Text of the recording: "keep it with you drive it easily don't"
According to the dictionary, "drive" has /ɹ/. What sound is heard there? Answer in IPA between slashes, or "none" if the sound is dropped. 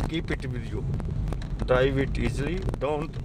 none